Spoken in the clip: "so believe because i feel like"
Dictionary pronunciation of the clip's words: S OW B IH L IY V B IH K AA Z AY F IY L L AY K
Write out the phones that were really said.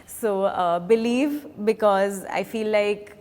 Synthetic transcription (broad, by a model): S OW B IH L IY V B IH K AA Z AY F IY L L AY K